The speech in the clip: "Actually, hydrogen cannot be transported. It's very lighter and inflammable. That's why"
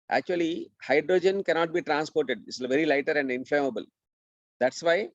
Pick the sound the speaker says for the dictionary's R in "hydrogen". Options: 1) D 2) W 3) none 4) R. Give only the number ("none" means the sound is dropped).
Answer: 4